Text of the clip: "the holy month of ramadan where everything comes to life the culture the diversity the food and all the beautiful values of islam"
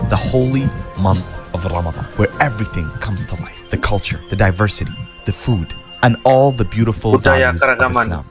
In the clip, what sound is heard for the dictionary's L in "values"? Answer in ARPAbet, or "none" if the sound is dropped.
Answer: none